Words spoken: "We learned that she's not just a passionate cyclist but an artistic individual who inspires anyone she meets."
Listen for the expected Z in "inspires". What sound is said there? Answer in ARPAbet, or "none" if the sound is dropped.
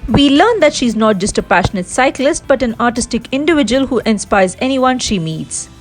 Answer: Z